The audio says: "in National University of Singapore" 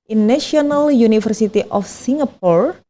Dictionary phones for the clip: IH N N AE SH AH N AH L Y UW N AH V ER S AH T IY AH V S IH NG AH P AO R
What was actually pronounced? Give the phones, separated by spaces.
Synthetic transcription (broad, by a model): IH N N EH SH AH N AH L Y UW N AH F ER S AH T IY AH F S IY NG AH P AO R